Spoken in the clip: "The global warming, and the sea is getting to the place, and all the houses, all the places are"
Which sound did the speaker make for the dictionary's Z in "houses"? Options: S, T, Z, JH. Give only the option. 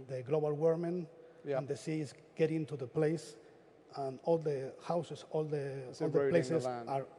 S